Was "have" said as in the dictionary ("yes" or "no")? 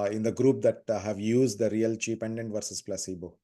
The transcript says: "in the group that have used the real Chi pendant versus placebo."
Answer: yes